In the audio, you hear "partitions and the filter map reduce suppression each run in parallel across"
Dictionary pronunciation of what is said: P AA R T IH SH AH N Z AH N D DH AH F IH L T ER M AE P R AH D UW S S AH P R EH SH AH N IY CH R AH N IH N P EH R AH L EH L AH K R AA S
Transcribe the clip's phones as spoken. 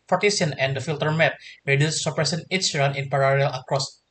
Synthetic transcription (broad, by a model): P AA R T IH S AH N AH N D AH F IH L T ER M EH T R AH D UW S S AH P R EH S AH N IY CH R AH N IH N P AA R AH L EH L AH K R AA S